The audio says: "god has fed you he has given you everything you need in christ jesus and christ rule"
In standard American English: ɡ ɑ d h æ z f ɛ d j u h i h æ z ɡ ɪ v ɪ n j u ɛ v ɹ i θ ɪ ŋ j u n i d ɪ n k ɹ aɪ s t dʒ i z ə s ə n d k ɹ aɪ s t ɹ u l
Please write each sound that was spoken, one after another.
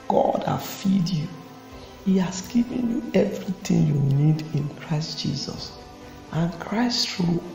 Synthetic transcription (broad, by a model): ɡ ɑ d h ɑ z f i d j u h i h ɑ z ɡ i v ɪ n j u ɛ v ɹ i t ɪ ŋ j u n i d ɪ n k ɹ aɪ s t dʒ i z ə s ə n k ɹ aɪ s t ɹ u